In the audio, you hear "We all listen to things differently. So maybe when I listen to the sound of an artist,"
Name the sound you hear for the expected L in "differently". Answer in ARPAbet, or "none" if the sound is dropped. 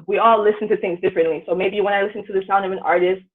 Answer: L